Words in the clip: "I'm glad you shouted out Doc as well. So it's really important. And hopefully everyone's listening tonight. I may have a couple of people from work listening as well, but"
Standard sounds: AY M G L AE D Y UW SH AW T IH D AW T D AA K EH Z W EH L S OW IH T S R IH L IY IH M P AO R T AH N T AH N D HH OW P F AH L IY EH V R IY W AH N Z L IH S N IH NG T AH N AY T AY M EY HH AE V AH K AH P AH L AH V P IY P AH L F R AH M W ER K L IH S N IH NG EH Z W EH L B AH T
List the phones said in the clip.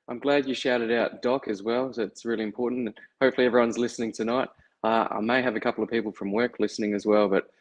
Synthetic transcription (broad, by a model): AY M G L AE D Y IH SH AW T IH D AW T D AA K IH Z W EH L S OW IH T S R IH L IY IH M P AO R T N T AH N HH OW P F L IY EH V R IY W AH N Z L IH S N IH NG T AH N AY T AY M EY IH V AH K AH P L AH V P IY P L F R AH M W ER K L IH S N IH NG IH Z W EH L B AH T